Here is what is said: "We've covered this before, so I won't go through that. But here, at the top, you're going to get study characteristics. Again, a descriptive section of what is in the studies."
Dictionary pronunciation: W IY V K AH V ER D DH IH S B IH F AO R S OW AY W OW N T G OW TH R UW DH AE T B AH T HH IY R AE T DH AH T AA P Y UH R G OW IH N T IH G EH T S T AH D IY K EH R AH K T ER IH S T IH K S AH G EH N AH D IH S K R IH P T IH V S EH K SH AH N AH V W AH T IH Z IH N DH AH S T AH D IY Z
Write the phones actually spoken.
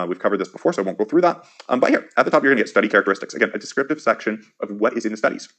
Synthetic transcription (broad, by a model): W IY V K AH V ER D DH IH S B IH F AO R S OW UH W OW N G OW TH R UW DH AE T B AH T HH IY R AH T DH AH T AA P Y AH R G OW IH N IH G EH T S T AH D IY K EH R AH K T ER IH S T IH K S AH G EH N AH D IH S K R IH P T IH V S EH K SH AH N AH V W AH T IH Z IH N DH AH S T AH D IY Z